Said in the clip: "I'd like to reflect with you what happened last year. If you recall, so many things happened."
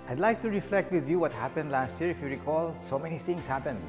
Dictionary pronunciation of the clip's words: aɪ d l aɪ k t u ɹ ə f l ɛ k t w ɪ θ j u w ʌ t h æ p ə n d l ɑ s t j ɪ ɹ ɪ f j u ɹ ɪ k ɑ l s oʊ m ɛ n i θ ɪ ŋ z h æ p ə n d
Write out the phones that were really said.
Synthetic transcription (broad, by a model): aɪ d l aɪ k t u ɹ ə f l ɛ k t w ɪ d j u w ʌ t h æ p ə n d l ɑ s t j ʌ ɹ ɪ f j u ɹ ɪ k ɑ l s oʊ m ɛ n i t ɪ ŋ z h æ p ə n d